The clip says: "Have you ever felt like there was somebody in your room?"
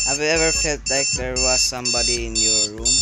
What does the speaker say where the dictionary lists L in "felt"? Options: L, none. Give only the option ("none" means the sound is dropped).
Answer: none